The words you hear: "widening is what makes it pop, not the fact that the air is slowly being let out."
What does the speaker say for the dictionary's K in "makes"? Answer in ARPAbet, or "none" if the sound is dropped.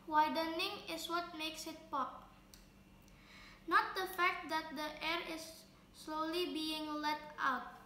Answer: K